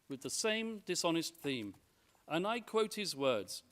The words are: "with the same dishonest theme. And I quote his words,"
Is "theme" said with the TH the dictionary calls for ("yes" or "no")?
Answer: yes